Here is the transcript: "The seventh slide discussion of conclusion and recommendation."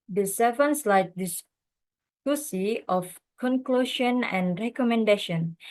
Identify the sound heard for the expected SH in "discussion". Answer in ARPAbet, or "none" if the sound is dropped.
S